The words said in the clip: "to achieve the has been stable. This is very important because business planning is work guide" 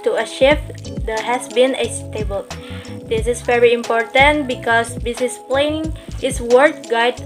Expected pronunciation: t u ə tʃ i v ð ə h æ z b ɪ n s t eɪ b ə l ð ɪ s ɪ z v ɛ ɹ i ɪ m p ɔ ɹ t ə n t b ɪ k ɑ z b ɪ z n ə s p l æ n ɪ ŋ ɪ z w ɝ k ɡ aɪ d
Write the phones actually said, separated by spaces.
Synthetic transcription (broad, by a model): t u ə ʃ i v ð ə h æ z b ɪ n s t eɪ b ə l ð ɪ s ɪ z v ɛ ɹ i ɪ m p ɔ ɹ t ə n t b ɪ k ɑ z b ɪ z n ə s p l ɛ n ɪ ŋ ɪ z w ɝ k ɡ aɪ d